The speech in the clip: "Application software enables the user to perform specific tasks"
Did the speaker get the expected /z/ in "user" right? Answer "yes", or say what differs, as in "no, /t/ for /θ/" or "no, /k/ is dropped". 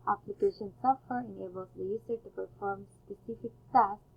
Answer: no, /s/ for /z/